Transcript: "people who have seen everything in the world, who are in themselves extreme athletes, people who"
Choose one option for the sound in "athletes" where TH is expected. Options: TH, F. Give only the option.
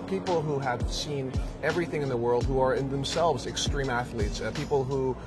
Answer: TH